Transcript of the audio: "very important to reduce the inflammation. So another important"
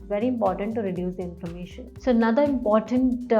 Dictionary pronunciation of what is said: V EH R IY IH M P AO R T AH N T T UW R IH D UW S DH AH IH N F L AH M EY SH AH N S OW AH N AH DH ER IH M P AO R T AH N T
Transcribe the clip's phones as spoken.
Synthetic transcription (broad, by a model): V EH R IY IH M P AO R T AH N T T UW R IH D UW S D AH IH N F AH M EY SH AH N S OW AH N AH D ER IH M P AO R T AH N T